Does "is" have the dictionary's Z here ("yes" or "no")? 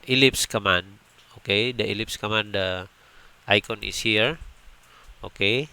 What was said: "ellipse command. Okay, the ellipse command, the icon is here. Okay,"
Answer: no